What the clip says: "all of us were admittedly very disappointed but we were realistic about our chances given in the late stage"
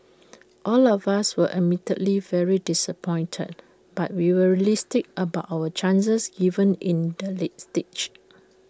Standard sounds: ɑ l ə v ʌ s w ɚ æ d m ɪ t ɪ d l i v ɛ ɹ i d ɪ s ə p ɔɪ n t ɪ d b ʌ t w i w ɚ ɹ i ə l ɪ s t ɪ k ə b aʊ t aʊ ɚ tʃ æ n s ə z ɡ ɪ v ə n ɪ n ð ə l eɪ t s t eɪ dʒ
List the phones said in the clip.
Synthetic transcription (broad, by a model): ɑ l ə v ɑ s w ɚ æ m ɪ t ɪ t l i v ɛ ɹ i d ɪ s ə p ɔɪ n t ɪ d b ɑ t w i w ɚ ɹ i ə l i s t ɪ k ə b aʊ t aʊ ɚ tʃ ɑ n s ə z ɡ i v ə n ɪ n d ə l eɪ t s t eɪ tʃ